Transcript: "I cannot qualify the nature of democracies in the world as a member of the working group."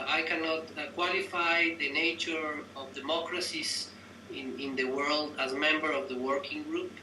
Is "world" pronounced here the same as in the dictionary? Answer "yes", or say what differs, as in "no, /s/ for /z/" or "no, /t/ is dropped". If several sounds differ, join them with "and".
yes